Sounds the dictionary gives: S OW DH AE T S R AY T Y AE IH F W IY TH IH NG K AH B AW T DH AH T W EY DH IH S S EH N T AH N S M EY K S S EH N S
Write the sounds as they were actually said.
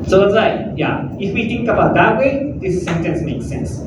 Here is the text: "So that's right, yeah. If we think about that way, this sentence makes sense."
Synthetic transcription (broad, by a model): S OW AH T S L AY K Y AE IH F W IY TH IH NG K AH B AW T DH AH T W EY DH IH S S EH N T AH N S M EY K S S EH N S